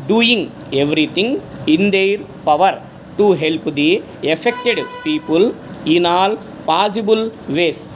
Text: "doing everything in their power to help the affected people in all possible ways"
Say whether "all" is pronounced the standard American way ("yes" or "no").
yes